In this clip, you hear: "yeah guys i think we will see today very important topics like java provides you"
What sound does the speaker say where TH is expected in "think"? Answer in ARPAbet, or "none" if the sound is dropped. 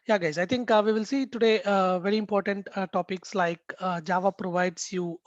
T